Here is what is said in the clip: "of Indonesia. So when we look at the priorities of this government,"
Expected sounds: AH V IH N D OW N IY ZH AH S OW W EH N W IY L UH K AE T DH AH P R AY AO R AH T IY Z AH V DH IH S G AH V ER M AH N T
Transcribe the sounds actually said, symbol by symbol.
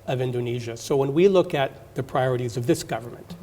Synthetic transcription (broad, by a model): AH V IH N D OW N IY ZH AH S OW W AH N W IY L UH K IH T DH AH P R AY AO R AH T IY Z AH V DH IH S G AH V ER M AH N T